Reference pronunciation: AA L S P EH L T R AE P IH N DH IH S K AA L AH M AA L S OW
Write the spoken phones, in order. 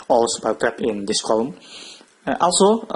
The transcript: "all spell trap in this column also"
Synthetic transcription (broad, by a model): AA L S B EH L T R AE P IH N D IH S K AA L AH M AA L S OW